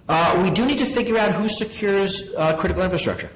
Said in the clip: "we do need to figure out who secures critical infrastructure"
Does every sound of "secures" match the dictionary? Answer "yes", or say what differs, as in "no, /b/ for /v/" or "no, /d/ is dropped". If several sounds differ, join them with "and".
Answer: yes